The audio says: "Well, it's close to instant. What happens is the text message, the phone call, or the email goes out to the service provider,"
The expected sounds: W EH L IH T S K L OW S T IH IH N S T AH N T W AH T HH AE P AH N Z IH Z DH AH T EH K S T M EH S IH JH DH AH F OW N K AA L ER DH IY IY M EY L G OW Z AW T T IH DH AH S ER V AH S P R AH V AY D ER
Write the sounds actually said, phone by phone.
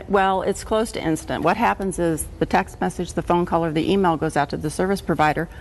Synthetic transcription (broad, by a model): W EH L IH T S K L OW S T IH IH N S T AH N T W AH T HH AE P AH N Z IH Z DH AH T EH K S T M EH S IH JH DH AH F OW N K AA L ER DH IY IY M EY L G OW Z AW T T IH DH AH S ER V AH S P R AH V AY D ER